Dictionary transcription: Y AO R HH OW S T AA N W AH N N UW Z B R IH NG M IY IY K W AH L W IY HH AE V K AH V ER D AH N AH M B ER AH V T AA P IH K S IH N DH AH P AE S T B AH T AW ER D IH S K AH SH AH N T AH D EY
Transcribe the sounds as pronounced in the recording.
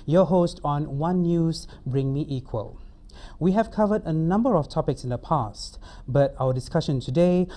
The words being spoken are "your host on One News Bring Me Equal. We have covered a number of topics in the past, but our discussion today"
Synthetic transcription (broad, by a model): Y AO HH OW S T AA N W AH N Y UW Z B R IH NG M IY IY K W AH L W IY HH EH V K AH V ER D AH N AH M B ER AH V T AA P IH K S IH N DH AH P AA S T B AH T AW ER D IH S K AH SH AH N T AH D EY